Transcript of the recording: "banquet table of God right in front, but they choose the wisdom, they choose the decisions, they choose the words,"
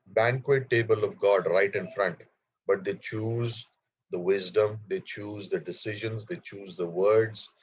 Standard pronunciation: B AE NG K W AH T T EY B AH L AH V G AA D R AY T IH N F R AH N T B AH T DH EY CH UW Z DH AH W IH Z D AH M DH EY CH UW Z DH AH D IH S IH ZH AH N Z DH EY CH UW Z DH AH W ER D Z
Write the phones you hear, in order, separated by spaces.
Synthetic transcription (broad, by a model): B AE NG K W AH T T EY B AH L AH V G AA D R AY T IH N F R AH N T B AH T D EY CH UW Z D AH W IH Z D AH M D EY CH UW Z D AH D IH S IH ZH AH N Z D EY CH UW Z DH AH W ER D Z